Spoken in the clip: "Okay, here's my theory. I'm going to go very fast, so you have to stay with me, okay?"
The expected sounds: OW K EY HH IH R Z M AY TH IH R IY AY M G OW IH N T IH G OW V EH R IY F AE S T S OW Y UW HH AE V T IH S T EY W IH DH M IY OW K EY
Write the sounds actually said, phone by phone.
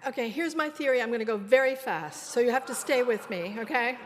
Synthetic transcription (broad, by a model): OW K EY HH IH R Z M AY TH IH R IY AY M G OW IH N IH G OW V EH R IY F AE S T S OW Y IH HH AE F T IH S T EY W IH DH M IY OW K EY